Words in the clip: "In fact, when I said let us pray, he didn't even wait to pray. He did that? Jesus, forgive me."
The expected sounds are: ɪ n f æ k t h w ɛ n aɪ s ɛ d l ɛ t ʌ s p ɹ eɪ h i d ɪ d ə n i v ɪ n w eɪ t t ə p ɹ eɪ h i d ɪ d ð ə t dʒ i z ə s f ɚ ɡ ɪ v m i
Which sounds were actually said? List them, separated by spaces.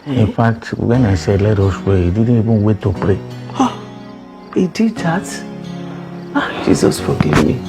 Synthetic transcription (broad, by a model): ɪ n f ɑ k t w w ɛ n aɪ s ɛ l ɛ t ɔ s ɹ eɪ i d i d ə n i b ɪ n w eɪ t t ə p ɹ eɪ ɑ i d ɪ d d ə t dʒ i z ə s f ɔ ɡ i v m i